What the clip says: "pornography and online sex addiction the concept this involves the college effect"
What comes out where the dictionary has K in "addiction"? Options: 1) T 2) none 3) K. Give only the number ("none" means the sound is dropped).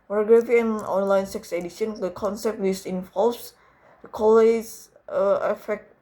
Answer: 2